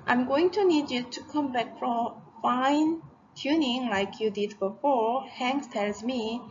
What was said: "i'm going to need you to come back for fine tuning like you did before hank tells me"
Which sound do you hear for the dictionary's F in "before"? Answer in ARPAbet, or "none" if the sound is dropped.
F